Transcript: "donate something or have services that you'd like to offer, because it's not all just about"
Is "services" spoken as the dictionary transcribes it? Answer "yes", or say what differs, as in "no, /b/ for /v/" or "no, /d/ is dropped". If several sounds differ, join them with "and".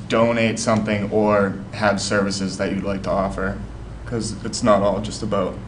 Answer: yes